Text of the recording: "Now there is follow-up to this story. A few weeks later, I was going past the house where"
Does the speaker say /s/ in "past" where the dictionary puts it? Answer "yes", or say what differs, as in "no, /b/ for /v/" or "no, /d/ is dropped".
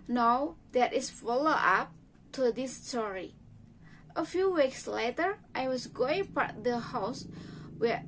no, /s/ is dropped